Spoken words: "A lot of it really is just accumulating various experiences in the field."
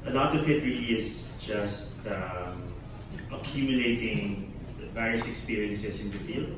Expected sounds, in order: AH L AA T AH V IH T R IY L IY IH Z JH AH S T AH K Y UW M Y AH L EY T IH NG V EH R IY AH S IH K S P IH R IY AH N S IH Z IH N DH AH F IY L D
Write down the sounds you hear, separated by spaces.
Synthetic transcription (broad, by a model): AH L AA T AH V IH T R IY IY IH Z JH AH S T AH K Y UW M Y AH L EY T IH NG V EH R IY AH S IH K S P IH R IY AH N S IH S IH N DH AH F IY L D